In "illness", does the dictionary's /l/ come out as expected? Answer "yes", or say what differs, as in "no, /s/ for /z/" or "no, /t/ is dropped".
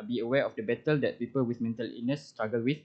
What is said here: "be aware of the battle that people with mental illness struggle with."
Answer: no, /l/ is dropped